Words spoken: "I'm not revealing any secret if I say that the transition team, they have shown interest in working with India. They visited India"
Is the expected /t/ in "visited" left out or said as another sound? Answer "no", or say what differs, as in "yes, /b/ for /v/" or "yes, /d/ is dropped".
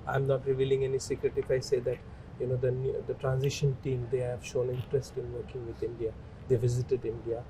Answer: no